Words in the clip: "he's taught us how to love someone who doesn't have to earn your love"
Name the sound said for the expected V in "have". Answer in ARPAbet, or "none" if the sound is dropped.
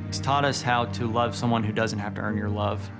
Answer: F